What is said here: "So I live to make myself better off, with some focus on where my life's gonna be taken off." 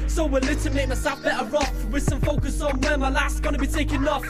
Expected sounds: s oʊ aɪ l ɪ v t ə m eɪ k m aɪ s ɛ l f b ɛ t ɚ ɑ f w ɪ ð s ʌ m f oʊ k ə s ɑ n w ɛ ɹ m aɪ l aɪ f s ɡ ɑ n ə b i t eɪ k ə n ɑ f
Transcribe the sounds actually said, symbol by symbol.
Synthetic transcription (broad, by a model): s oʊ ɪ l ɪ t ə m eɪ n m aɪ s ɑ f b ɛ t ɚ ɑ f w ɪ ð s ʌ m f oʊ k ə s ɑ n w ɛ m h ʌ l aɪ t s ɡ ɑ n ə b i t eɪ k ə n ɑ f